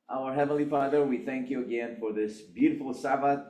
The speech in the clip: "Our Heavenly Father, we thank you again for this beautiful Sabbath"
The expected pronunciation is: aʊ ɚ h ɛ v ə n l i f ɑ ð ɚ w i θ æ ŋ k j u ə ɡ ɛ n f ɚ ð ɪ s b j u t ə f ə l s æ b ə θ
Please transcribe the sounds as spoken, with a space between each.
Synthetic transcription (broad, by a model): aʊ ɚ h ɛ v ə n l i f ɑ ð ɚ w i θ æ ŋ k j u ə ɡ ɛ n f ɚ ð ɪ s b j u t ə f l s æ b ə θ